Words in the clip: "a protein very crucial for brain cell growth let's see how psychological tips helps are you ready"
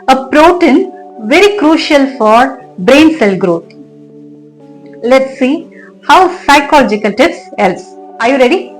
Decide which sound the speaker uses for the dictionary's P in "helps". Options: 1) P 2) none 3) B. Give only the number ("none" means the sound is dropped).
2